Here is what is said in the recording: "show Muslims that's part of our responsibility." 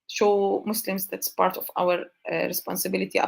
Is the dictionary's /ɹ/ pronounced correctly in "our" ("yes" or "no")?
no